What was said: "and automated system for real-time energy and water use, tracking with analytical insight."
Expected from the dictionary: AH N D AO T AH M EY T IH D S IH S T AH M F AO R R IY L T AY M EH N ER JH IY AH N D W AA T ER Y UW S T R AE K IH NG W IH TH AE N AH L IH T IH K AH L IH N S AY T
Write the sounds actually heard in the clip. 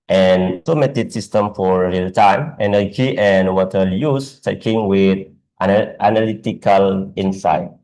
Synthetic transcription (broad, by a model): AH N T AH M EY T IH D S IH S T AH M F AO R R IY L T AY M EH N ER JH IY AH N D W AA T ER Y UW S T EH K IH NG W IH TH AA N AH L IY T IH K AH L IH N S AY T